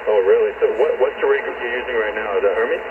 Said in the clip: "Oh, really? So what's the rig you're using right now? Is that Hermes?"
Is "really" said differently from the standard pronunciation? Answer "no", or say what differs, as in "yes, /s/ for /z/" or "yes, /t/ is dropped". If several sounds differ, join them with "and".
no